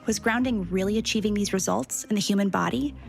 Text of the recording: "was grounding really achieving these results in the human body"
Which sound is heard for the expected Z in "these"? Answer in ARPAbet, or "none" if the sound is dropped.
Z